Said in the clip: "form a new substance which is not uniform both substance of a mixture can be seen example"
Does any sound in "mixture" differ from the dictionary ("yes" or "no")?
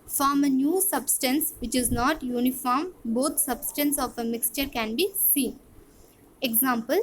no